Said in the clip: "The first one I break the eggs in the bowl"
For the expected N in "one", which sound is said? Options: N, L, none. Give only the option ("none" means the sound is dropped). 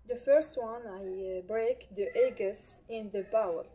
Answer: N